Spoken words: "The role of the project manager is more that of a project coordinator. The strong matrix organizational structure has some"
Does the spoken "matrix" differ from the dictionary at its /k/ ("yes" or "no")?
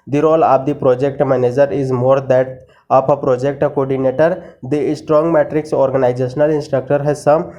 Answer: no